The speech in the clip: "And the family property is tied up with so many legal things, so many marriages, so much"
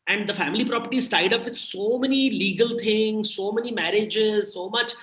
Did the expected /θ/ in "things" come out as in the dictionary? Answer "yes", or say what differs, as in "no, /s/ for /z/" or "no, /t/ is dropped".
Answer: no, /t/ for /θ/